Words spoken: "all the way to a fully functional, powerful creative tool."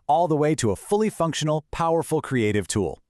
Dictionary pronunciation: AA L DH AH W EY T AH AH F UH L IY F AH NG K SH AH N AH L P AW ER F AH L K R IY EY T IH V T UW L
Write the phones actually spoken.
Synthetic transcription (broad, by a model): AA L DH AH W EY T AH AH F UH L IY F AH NG K SH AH N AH L P AW ER F AH L K R IY EY T IH V T UW L